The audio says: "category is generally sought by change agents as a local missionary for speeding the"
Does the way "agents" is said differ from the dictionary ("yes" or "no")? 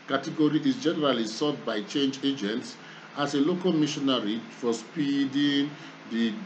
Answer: no